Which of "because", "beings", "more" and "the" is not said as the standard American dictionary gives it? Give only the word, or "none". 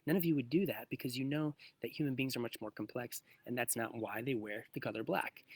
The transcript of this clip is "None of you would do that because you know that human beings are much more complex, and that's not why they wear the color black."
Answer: none